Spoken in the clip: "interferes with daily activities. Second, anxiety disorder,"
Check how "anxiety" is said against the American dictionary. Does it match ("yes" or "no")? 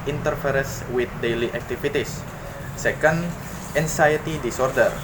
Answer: no